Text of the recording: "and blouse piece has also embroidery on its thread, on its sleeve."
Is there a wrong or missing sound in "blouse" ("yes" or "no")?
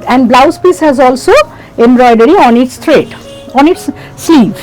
no